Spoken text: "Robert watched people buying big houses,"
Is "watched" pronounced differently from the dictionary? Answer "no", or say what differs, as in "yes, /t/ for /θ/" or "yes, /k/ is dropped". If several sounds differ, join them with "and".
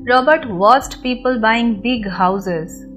yes, /s/ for /tʃ/